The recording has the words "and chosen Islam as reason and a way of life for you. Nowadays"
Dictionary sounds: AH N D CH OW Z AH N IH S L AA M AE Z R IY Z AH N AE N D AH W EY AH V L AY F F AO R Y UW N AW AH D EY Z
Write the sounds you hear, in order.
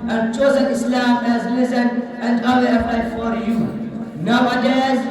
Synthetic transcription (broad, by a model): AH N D CH OW Z AH N IH S L AA M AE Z L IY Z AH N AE N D AH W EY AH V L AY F F AO R Y UW N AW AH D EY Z